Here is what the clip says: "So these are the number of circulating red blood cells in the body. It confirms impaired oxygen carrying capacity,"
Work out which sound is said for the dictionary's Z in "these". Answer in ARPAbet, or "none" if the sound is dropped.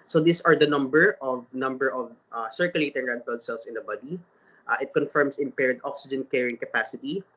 S